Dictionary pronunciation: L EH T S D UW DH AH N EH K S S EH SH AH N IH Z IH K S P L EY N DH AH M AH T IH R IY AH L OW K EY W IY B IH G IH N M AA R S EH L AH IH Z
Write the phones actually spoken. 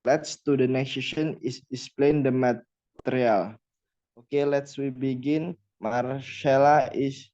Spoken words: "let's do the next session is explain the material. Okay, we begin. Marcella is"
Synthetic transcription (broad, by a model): L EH T S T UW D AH N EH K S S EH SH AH N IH S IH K S P L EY N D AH M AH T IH R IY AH L OW K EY W IY B IH G IH N M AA R SH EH L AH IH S